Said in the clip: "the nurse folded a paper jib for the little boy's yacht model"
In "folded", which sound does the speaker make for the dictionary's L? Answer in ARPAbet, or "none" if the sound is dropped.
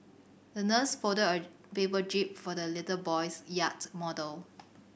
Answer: none